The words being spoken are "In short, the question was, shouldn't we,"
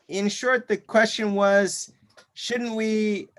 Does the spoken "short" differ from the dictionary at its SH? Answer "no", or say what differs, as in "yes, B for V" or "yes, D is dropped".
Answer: no